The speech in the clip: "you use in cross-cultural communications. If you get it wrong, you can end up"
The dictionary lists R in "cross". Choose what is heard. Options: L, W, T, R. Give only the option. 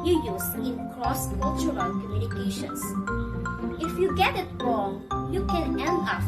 L